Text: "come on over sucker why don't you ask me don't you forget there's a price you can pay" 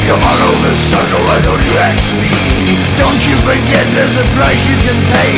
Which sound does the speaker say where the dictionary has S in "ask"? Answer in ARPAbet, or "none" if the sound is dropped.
none